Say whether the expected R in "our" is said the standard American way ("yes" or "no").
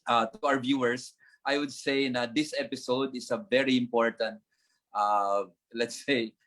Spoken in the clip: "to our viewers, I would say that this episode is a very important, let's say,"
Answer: no